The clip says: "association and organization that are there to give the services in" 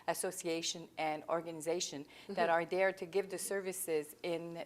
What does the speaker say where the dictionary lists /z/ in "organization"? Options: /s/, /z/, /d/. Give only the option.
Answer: /z/